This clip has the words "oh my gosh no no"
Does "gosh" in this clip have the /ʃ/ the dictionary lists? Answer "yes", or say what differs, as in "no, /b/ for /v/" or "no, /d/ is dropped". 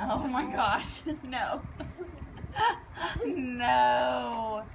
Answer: yes